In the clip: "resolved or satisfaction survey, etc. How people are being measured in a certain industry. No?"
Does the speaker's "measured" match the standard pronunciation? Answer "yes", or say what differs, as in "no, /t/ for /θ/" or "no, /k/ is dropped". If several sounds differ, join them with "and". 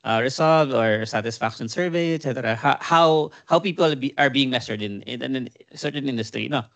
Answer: no, /s/ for /ʒ/